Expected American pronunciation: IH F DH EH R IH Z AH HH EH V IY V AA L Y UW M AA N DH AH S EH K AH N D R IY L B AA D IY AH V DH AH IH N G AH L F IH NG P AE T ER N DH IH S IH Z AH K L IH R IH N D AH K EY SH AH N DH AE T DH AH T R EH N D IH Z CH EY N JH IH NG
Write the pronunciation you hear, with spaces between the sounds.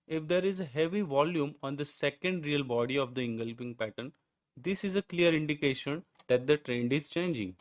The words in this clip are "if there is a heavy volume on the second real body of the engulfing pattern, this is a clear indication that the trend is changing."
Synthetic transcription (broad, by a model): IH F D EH R IH Z AH HH EH V IY V AA L Y UW M AA N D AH S EH K AH N D R IY L B AA D IY AH V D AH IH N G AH L P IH NG P AE T ER N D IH S IH Z AH K L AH R IH N D AH K EY SH AH N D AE T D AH T R EH N D IH Z CH EY N JH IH NG